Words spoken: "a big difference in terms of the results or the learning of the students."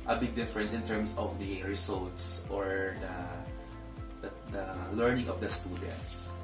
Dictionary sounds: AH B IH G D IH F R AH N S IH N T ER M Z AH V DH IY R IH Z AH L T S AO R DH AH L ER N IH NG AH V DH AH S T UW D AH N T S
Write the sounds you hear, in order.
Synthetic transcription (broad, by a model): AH B IH G D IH F R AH N S IH N T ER M S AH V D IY R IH S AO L T S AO R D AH L ER N IH NG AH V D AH S T UW D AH N T S